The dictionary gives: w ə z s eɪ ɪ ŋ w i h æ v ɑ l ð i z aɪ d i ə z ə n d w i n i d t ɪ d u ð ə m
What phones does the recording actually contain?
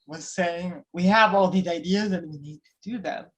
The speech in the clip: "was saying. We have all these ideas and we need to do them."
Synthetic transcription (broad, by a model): w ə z s eɪ ɪ ŋ w i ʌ v ɑ l ð i z aɪ d i ə z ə n w i n i d t ɪ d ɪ ð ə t